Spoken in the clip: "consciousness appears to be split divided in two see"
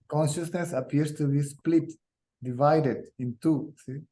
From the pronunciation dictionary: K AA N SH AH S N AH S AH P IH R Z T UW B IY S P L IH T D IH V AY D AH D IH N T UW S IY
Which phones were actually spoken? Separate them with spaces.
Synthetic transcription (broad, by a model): K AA N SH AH S N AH S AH P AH R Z T UW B IY S P L IH T D IH V AY D AH D IH N T UW S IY